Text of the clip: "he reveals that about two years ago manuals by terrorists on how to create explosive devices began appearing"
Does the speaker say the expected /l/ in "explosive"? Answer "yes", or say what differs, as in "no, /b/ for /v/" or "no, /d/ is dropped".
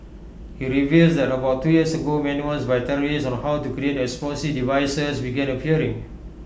no, /l/ is dropped